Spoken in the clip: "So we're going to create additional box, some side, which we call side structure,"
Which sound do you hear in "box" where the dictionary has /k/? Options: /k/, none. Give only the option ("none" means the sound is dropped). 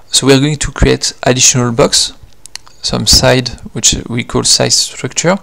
/k/